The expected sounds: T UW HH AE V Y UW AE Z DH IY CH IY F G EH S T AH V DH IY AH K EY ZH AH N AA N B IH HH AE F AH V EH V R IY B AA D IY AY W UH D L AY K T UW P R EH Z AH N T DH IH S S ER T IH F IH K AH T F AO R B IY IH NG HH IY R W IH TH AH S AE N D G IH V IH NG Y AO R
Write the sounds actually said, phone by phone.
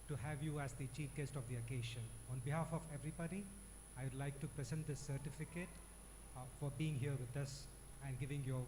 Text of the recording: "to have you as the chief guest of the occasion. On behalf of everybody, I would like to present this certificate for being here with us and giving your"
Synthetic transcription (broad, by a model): T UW HH AE V Y UW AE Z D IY CH IY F G EH S T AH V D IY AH K EY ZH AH N AA N B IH HH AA F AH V EH V R IY B AA D IY AY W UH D L AY K T UW P R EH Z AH N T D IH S S ER T IH F IH K AH T F AO R B IY IH NG HH IY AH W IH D AH S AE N D G IH V IH NG Y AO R